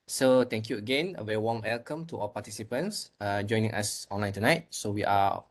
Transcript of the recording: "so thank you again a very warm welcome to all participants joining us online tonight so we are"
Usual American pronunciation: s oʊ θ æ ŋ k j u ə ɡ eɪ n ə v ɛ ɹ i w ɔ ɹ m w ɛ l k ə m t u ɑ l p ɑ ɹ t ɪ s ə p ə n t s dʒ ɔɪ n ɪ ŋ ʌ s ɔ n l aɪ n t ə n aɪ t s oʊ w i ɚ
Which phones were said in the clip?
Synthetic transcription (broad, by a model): s oʊ t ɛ ŋ k j u ə ɡ eɪ n ə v ɛ ɹ i w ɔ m w ɛ l k ə m t u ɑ w p ɑ t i s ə p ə n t s dʒ ɔɪ n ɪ ŋ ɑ s ɔ n l aɪ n t ə n aɪ t s oʊ w i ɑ